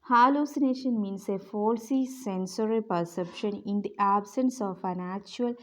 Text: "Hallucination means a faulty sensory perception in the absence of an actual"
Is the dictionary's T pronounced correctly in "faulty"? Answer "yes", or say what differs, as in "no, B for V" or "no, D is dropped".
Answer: no, S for T